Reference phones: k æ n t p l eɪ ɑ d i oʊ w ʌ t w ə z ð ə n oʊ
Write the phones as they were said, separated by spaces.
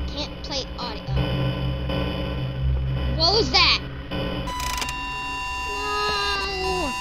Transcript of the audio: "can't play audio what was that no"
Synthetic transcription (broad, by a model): k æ n p l eɪ ɑ d i oʊ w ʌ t w ə z ð ə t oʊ